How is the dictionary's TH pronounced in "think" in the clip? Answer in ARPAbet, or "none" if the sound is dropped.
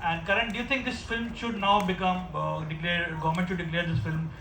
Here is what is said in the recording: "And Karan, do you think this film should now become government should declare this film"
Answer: T